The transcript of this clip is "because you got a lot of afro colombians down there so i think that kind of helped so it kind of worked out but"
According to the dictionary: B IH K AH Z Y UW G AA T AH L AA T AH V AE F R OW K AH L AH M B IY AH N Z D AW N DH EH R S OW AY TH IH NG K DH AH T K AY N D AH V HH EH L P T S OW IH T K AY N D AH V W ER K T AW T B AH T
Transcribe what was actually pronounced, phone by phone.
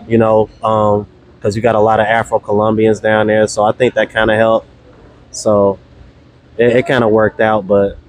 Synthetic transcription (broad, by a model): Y IH K AH Z Y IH G AA T AH L AA T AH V AE F R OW K AH L AH M B IY AH N Z D AW N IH R S OW AY TH IH NG K DH AH T K AY N D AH HH EH L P S OW IH T K AY N D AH W ER K T AW T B AH T